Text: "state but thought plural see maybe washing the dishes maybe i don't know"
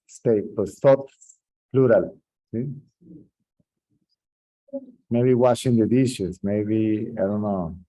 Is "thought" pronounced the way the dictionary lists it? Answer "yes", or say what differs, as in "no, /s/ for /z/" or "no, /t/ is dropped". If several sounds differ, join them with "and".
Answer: no, /s/ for /θ/